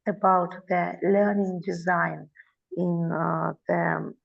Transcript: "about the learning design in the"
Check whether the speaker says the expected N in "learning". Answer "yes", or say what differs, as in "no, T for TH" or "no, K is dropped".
yes